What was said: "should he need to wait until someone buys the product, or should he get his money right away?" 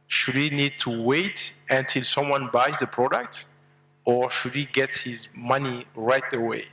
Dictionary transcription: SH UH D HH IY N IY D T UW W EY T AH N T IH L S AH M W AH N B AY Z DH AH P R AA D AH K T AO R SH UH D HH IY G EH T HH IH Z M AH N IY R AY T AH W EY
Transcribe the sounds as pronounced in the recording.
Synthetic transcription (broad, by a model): SH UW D HH IY N IY D T UW W EY T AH N T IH L S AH M W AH N B AY Z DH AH P R AA D AH K T AO R SH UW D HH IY G EH T HH IH Z M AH N IY R AY T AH W EY